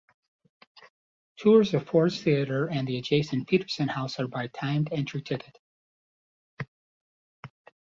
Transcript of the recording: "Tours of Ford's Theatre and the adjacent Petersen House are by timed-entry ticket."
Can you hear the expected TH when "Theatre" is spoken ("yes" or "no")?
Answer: yes